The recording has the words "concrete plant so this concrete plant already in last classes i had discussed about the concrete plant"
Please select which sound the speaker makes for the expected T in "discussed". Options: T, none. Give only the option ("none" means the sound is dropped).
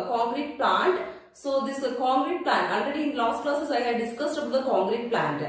T